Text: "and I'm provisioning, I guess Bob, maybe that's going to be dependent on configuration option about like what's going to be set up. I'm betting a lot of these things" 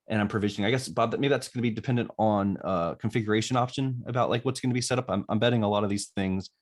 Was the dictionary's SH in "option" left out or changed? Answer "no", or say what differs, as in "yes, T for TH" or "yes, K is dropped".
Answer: no